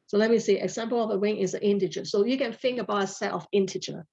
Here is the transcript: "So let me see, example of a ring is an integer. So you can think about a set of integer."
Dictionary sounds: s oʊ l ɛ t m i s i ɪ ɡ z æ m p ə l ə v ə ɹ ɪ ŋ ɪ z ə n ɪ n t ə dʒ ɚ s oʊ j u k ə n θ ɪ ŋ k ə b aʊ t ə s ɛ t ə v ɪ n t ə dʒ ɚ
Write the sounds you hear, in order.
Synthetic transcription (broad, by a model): s oʊ l ɛ t m i s i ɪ ɡ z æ m p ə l ə v ə w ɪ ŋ ɪ z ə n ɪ n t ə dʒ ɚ s oʊ j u k ə n f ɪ ŋ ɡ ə b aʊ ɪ ə s ɛ t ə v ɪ n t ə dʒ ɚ